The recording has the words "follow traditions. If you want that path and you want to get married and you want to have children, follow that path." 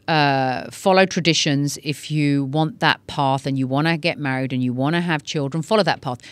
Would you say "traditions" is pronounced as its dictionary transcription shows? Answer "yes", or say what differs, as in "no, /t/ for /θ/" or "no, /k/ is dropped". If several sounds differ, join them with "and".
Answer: yes